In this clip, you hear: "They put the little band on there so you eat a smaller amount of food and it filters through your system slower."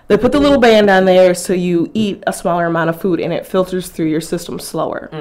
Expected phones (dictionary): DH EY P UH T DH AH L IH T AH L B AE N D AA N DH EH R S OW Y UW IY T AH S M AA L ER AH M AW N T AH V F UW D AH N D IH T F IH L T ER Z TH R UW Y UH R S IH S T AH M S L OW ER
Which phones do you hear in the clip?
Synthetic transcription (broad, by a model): DH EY P UH T DH AH L IH T L B AE N D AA N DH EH R S OW Y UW IY T AH S M AA L ER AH M AW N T AH V F UW D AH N IH T F IH L T ER Z TH R UW Y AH R S IH S T AH M S L OW ER